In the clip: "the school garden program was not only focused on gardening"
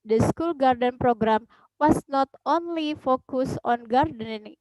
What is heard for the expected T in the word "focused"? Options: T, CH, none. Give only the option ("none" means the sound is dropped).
none